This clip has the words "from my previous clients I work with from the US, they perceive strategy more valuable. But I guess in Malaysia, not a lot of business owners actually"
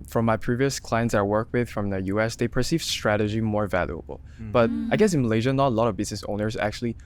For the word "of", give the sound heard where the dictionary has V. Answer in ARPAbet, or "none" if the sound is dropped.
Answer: V